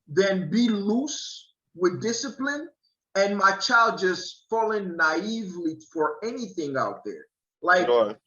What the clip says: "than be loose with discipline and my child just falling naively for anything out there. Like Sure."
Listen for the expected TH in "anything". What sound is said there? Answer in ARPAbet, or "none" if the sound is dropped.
TH